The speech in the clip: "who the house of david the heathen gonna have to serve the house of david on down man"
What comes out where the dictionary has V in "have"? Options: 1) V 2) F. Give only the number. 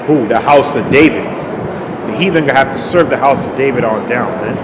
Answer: 2